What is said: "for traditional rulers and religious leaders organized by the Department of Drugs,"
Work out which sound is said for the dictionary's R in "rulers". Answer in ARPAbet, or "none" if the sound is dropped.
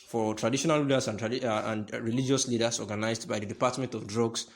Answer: L